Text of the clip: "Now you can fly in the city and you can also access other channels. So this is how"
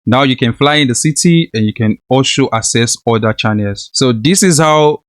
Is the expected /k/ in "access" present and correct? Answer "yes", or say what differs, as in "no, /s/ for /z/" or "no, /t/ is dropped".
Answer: no, /k/ is dropped